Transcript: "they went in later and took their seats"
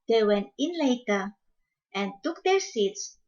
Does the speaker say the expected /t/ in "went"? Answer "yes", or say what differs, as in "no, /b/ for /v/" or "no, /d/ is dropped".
no, /t/ is dropped